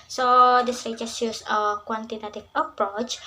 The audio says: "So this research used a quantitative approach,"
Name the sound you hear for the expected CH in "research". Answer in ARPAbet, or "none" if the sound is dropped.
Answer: S